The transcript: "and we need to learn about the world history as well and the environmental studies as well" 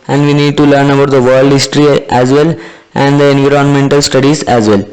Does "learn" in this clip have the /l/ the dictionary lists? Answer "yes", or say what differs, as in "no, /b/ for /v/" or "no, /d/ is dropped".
yes